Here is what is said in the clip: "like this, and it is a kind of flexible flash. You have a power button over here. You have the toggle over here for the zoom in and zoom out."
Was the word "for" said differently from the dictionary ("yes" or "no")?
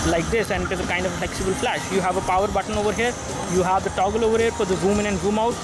yes